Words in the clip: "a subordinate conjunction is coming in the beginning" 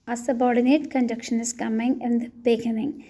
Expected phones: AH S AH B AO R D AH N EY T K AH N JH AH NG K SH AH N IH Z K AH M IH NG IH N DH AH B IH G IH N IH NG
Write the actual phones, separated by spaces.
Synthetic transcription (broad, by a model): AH S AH B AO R D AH N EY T K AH N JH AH K SH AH N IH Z K AH M IH NG IH N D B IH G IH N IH NG